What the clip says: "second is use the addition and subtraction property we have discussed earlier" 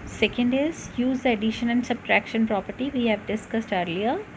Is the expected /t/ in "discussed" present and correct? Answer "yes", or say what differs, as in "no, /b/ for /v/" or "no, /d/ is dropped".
yes